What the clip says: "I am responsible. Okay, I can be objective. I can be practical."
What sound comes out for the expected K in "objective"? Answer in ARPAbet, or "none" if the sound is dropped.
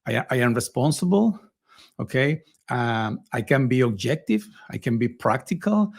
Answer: K